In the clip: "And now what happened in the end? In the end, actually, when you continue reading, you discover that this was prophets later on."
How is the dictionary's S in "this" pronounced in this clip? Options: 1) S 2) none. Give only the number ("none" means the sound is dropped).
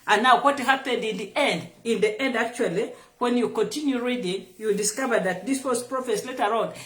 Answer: 1